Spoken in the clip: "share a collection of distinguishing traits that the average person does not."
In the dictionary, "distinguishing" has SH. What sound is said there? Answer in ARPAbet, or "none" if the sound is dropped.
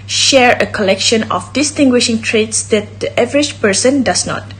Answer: SH